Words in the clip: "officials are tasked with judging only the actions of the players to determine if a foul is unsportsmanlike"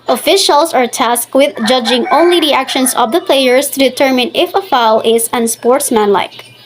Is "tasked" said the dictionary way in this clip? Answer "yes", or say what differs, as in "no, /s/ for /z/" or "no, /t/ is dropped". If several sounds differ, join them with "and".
yes